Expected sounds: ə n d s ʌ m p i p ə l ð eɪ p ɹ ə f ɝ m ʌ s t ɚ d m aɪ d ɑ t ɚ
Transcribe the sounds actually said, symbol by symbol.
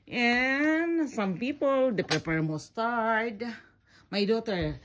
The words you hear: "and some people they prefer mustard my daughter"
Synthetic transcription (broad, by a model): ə n s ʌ m p i p ə l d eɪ p ɹ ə p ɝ m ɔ s t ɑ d m aɪ d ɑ t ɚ